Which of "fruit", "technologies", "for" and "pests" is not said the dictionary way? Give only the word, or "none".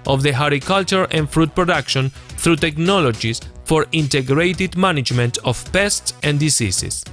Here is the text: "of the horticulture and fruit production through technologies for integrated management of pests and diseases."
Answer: technologies